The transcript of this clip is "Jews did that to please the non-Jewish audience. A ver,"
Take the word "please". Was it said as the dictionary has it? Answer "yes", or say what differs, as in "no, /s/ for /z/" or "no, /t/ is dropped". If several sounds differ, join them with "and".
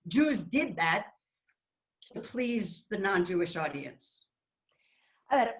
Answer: yes